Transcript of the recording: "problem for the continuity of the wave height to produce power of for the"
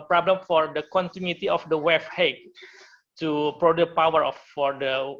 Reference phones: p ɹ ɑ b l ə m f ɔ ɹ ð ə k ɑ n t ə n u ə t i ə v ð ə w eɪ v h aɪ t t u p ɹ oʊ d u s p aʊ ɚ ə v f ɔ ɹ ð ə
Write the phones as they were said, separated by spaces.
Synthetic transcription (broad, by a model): p ɹ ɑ b l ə m f ɔ ɹ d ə k ɑ n t ə n u ə t i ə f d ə w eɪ f h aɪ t t u p ɹ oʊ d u p aʊ ɚ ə f ɔ ɹ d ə